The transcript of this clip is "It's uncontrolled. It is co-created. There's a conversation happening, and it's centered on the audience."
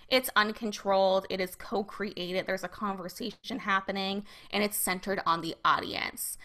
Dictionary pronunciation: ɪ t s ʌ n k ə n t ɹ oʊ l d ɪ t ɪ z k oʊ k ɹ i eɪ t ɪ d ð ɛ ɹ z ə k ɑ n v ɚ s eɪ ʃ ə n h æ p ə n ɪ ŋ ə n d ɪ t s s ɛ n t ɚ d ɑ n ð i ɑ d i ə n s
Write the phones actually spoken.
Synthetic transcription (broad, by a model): ɪ t s ʌ n k ə n t ɹ oʊ l d ɪ t ɪ z k oʊ k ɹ i eɪ t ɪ d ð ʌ ɹ z ə k ɑ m v ɚ s eɪ ʃ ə n h æ p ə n ɪ ŋ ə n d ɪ t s s ɛ n t ɚ d n ð i ɑ d i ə n s